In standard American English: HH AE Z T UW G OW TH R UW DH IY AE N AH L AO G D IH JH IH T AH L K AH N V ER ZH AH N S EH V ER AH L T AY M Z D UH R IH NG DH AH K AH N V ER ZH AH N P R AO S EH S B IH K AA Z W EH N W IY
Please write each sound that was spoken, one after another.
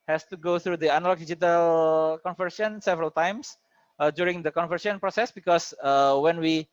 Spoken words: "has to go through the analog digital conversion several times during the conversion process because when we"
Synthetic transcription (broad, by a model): HH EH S T UW G OW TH R UW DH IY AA N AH L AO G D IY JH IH T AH L K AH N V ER S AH N S EH V ER AH L T AY M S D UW R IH NG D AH K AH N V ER S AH N P R AO S EH S B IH K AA S W EH N W IY